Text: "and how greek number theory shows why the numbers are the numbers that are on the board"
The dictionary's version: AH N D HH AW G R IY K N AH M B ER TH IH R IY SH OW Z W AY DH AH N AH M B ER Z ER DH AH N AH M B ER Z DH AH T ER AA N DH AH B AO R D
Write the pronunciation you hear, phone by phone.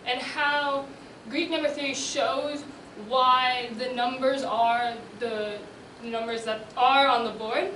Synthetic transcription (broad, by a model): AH N HH AW G R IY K N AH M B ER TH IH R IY SH OW Z W AY DH AH N AH M B ER Z ER DH AH N AH M B ER Z DH AH T ER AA N DH AH B AO R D